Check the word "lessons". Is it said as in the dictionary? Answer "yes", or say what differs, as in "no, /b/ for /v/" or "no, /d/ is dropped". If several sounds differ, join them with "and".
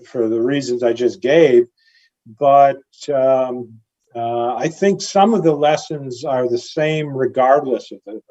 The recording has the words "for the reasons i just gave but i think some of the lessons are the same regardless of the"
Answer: yes